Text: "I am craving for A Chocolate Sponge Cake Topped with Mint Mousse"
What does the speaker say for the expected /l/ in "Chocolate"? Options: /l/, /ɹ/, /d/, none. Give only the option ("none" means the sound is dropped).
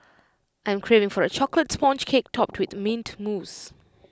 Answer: /l/